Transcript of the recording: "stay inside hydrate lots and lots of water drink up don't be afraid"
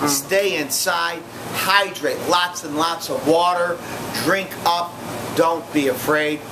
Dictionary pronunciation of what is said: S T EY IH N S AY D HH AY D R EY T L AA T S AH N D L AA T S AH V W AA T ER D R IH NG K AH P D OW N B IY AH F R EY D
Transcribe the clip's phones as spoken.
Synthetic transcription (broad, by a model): S T EY IH N S AY D HH AY D R EY T L AA T S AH N L AA T S AH V W AA T ER D R IH NG K AH P D OW N B IY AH F R EY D